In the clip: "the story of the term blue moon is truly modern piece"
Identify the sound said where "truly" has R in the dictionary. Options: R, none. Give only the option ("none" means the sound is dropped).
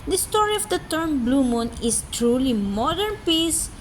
R